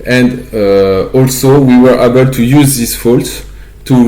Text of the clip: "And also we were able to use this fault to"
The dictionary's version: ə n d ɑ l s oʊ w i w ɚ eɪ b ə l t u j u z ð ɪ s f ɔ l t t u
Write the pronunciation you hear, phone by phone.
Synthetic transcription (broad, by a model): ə n d ɑ l s oʊ w i w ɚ eɪ b ə l t u j u z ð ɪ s f ɔ l t t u